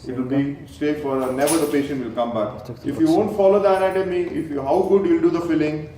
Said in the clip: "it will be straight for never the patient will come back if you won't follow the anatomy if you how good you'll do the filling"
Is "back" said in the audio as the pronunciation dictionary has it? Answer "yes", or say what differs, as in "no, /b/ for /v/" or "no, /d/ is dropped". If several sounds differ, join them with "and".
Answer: yes